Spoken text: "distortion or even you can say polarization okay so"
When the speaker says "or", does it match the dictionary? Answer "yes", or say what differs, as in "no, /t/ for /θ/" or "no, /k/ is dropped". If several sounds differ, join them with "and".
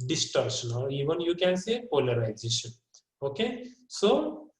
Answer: no, /l/ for /ɹ/